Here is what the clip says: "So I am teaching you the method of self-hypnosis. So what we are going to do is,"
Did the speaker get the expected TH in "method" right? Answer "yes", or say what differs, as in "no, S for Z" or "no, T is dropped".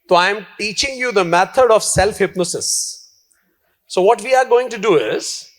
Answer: no, T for TH